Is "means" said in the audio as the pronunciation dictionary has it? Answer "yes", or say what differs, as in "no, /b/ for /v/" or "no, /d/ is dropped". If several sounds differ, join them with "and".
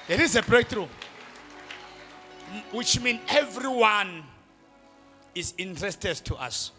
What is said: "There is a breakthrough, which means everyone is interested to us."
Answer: no, /z/ is dropped